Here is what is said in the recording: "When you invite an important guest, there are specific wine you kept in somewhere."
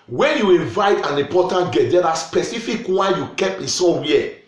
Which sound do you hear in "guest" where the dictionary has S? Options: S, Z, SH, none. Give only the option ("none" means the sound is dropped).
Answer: none